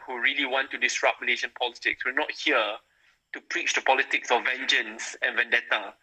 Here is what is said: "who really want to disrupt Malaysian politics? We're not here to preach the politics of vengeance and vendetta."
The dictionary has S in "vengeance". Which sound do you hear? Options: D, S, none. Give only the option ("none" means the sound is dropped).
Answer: S